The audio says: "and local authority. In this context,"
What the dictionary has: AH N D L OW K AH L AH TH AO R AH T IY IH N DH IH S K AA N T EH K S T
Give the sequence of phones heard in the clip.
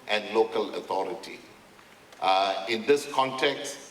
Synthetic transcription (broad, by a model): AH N D L OW K AH L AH T AO R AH T IY IH N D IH S K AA N T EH K S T